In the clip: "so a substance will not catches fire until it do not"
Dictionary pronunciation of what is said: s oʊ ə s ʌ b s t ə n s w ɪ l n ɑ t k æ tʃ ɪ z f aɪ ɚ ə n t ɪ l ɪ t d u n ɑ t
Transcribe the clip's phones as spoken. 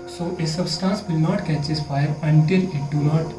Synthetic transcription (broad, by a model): s oʊ ə s ʌ b s t ə n s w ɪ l n ɑ t k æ tʃ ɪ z f aɪ ɚ ə n t ɪ l ɪ t d u n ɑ t